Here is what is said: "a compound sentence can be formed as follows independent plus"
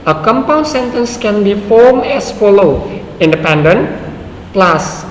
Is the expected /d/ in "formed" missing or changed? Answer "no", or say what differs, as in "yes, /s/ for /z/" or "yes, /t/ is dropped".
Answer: yes, /d/ is dropped